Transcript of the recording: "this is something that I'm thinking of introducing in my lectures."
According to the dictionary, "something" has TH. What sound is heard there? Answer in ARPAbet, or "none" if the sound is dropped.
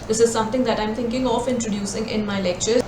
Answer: T